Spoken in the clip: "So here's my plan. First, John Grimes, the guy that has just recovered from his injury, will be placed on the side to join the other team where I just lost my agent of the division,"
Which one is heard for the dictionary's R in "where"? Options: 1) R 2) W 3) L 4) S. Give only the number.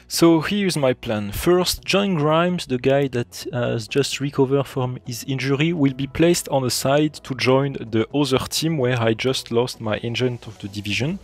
1